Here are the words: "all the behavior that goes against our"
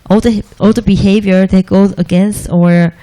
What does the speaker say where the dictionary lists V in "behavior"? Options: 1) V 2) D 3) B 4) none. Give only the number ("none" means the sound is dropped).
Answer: 1